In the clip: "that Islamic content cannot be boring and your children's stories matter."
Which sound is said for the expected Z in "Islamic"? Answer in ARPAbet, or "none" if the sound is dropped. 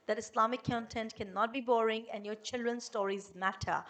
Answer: S